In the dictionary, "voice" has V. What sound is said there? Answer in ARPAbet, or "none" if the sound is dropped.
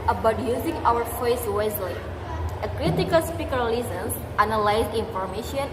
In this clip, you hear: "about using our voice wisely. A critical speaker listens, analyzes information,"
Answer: F